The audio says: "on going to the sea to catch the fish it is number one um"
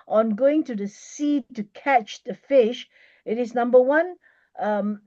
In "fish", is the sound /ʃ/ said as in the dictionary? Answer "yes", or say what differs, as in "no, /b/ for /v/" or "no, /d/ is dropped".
yes